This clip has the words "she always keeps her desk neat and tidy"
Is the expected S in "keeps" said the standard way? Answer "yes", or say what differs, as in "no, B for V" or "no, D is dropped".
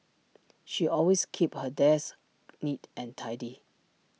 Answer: no, S is dropped